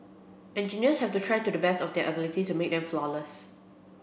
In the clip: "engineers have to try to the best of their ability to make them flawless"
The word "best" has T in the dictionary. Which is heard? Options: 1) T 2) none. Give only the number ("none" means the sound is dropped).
1